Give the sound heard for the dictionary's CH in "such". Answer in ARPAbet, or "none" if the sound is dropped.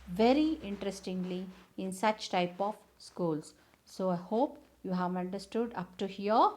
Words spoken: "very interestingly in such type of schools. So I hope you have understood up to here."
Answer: CH